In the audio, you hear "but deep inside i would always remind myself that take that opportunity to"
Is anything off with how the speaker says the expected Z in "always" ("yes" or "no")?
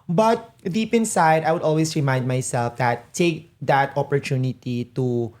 yes